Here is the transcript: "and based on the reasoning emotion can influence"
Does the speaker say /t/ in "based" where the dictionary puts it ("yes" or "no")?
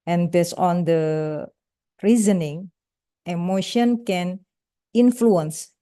no